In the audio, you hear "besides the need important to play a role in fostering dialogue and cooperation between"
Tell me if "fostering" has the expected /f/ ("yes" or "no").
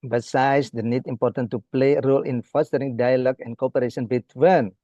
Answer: yes